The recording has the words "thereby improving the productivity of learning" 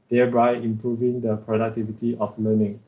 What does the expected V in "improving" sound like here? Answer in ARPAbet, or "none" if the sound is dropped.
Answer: V